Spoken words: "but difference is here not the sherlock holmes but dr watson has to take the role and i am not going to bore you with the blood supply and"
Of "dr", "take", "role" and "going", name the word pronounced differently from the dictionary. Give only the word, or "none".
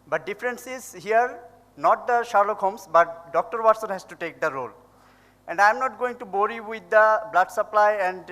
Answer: none